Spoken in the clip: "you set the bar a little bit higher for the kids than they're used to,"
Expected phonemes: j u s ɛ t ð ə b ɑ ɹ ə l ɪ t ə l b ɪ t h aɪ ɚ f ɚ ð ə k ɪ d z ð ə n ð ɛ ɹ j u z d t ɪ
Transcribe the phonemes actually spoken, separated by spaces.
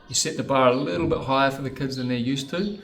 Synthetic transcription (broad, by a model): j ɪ s ɛ t ð ə b ɑ ɹ ə l ɪ t l b ɪ t h aɪ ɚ f ɚ ð ə k ɪ d z ð ə n ð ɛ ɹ j u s t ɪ